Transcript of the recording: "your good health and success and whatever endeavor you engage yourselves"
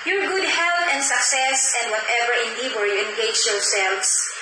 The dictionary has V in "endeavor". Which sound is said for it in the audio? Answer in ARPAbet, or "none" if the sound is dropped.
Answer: W